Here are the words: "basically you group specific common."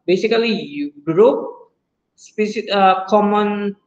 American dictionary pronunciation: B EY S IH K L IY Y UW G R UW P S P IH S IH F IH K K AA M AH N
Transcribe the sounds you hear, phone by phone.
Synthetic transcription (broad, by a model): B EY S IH K L IY Y UW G R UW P S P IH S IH IH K K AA M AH N